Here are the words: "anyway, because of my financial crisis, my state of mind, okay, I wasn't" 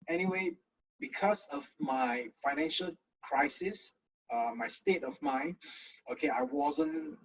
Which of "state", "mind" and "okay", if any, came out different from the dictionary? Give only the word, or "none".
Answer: mind